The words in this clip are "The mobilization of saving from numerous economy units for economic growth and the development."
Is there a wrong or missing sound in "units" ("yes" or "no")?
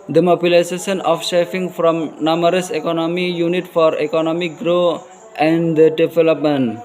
yes